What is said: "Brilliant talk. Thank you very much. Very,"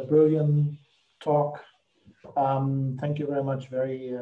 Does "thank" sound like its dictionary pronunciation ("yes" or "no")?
yes